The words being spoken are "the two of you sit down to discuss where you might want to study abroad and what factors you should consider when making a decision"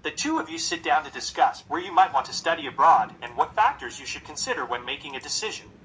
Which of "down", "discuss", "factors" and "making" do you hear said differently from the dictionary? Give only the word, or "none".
none